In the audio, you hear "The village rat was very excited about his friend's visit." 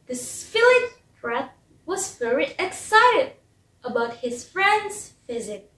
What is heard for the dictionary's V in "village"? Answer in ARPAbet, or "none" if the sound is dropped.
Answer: F